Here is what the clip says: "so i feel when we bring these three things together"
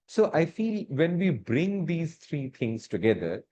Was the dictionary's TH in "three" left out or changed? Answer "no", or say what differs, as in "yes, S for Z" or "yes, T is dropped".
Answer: yes, T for TH